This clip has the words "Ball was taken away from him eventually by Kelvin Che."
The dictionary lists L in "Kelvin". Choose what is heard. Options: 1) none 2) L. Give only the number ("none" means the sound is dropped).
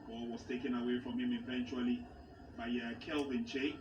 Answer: 2